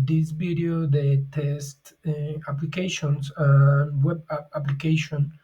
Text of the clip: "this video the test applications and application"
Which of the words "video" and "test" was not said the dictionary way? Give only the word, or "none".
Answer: video